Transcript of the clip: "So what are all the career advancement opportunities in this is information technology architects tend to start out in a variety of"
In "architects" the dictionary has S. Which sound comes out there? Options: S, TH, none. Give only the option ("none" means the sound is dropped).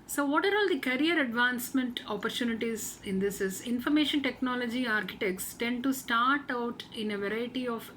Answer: S